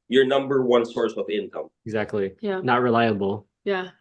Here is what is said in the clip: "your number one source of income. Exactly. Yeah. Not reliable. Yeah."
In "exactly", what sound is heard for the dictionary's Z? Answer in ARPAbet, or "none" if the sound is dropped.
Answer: Z